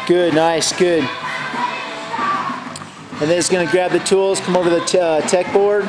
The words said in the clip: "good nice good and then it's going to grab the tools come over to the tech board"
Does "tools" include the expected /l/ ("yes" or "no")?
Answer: yes